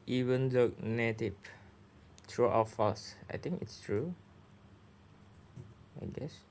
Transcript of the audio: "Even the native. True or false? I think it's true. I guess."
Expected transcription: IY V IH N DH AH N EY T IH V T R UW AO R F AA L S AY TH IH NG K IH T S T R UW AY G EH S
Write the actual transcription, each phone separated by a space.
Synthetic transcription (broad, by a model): IY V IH N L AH N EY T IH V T R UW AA W F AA S AY T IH NG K IH T S T R UW AY G EH S